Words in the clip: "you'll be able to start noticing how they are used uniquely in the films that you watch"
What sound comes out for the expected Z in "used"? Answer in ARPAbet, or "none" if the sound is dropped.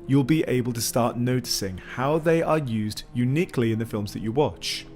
Z